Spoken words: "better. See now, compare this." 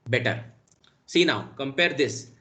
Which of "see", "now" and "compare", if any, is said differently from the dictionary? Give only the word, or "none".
none